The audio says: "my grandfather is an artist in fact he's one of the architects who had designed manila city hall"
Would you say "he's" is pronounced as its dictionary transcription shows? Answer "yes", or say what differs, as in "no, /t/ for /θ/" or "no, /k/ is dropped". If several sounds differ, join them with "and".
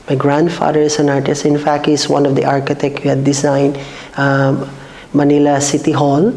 no, /s/ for /z/